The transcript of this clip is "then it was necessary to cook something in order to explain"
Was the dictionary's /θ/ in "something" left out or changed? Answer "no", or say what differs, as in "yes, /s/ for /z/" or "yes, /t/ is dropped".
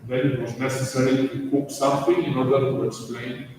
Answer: yes, /t/ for /θ/